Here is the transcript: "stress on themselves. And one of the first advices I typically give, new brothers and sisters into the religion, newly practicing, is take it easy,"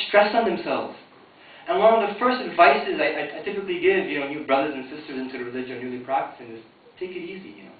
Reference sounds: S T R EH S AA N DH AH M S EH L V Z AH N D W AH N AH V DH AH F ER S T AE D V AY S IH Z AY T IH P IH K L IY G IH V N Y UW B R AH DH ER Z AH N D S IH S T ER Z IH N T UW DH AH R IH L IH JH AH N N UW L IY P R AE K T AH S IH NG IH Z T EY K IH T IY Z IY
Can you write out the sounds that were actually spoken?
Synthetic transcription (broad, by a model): S T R EH S N DH AH M S EH L V Z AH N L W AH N AH V DH AH F ER S T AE D V AY S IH Z AY T IH P IH K L IY G IH V N Y UW B R AH DH ER Z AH N S IH S T ER Z IH N T UW DH AH R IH L IH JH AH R N UW L IY P R AE K T AH S IH NG IH Z T EY K IH T IY Z IY